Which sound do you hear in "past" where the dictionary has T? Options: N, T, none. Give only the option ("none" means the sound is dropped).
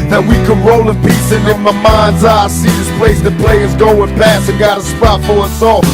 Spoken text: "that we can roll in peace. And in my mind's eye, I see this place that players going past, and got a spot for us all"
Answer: none